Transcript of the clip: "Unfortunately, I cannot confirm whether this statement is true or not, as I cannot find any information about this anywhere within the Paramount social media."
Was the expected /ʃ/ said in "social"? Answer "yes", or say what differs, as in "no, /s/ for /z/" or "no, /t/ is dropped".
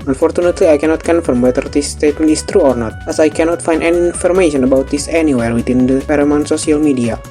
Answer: no, /s/ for /ʃ/